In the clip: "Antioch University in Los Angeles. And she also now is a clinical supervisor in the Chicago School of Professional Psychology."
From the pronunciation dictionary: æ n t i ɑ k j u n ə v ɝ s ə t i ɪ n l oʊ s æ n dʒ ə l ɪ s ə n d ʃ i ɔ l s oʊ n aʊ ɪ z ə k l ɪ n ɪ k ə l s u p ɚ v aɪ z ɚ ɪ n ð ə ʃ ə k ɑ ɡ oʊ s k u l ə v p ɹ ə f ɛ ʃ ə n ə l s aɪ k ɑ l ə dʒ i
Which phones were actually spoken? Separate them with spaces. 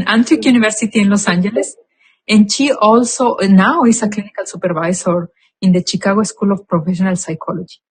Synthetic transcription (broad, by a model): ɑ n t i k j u n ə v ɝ s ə t i ɪ n l oʊ s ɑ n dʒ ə l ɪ s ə n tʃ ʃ i ɔ l s oʊ n aʊ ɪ s ə k l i n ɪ k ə l s u p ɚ b aɪ s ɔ ɪ n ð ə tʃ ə k ɑ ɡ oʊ s k u l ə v p ɹ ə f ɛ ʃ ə n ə l s aɪ k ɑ l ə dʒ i